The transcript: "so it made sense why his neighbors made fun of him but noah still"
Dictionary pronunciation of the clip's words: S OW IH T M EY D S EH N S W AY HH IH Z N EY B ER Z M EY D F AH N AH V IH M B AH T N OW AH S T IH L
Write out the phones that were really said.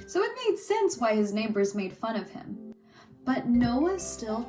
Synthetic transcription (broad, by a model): S OW IH T M EY D S EH N S W AY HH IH Z N EY B ER Z M EY D F AH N AH V IH M B AH T N OW AH S T IH L